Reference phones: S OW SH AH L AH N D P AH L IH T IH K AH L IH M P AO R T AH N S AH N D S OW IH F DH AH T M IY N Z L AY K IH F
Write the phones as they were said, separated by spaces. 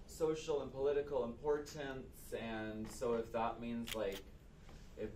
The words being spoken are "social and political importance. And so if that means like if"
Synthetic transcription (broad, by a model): S OW SH L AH N P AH L IH T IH K L IH M P AO R T AH N S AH N S OW IH F DH AH T M IY N Z L AY K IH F